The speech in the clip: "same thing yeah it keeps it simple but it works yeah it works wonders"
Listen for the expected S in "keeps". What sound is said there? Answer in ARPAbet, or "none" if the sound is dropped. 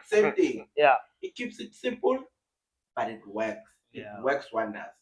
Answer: S